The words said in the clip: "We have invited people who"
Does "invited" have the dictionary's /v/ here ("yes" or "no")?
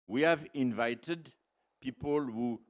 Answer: yes